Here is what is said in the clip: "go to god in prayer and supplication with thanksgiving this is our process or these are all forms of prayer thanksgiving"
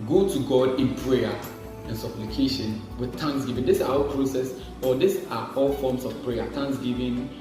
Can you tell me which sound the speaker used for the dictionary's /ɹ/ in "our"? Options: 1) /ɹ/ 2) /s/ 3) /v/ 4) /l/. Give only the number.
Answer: 4